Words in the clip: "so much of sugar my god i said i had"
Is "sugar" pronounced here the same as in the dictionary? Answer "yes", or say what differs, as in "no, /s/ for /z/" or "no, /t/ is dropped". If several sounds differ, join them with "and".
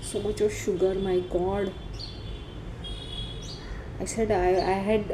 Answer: yes